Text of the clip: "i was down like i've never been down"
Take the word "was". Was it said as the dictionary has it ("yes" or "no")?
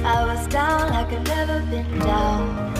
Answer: yes